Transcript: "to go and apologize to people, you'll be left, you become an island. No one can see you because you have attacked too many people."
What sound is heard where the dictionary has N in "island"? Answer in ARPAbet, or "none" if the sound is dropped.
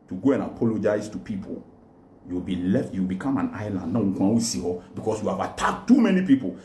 N